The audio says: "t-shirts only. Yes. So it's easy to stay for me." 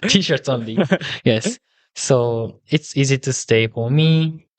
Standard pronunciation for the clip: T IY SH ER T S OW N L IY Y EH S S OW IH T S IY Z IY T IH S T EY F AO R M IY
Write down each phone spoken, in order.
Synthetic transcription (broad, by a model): T IY SH ER T S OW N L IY Y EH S S OW IH T S IY Z IY T IH S T EY F AO R M IY